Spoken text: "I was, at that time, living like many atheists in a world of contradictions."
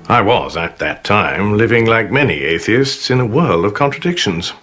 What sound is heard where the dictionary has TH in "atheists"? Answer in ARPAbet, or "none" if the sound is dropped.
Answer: TH